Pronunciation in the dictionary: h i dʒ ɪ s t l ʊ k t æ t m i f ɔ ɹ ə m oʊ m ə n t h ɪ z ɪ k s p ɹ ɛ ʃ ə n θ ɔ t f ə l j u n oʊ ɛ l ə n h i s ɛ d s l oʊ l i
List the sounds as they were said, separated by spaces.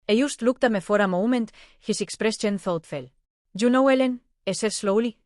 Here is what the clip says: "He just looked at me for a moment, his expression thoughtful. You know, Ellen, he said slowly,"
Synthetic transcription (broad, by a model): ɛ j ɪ s t l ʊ k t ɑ m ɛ f ɔ ɹ ə m oʊ m ə n t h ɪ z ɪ k s p ɹ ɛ s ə n θ ɔ t f ə l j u n oʊ ɛ l ə n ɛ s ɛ s l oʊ l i